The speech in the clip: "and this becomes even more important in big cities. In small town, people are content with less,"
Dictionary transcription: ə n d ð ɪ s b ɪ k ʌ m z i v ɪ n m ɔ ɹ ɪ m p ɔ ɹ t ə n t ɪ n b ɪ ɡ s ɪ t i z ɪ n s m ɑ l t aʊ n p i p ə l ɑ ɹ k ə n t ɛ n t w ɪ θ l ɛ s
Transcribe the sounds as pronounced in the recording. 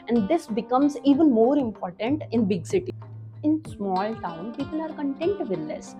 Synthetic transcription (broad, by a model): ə n d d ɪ s b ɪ k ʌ m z i v ɪ n m ɔ ɹ ɪ m p ɔ ɹ t ə n t ɪ n b ɪ ɡ s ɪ t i ɪ n s m ɑ l t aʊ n p i p ə l ɑ ɹ k ə n t ɛ n t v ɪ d l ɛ s